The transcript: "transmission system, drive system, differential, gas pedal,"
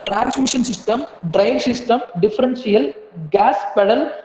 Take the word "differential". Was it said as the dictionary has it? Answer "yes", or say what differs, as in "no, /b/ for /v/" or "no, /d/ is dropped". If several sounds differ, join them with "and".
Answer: no, /s/ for /ʃ/